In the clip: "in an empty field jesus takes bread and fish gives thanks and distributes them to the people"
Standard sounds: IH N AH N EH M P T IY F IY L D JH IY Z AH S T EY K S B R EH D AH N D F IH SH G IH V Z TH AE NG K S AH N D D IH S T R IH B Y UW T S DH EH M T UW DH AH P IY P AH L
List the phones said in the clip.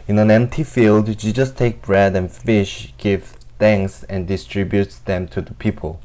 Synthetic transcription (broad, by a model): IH N AH N EH M P T IY F IY L D SH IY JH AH S T EY K B R EH D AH N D F IH SH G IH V TH AE NG K S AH N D D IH S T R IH B Y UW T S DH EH M T UW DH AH P IY P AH L